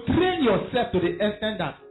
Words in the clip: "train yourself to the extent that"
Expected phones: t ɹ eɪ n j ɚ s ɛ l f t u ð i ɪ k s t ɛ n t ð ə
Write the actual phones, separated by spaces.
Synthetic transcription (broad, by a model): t ɹ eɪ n j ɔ s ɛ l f t u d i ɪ s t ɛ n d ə